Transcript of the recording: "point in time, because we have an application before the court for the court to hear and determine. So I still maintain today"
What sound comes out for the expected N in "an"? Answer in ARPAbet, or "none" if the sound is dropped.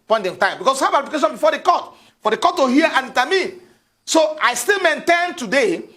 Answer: L